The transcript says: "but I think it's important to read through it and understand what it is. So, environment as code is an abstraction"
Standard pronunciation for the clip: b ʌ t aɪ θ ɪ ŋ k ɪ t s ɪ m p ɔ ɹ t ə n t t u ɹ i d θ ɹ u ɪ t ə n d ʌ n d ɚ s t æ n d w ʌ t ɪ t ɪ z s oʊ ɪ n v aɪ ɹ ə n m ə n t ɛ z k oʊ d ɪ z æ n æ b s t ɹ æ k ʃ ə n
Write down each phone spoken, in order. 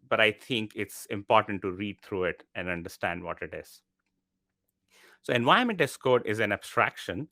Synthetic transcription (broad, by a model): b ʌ t aɪ t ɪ ŋ k ɪ t s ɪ m p ɔ ɹ t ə n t t u ɹ i d t ɹ u ɪ t ə n d ʌ n d ɚ s t æ n d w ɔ t ɪ t ɪ z s oʊ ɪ n v aɪ ə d m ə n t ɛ s k oʊ d ɪ z æ n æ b s t ɹ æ k ʃ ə n